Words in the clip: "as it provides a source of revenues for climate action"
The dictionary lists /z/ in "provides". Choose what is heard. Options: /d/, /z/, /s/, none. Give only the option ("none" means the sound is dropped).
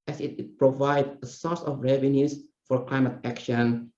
none